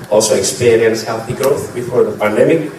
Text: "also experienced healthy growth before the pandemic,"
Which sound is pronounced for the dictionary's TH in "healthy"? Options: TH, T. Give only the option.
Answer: TH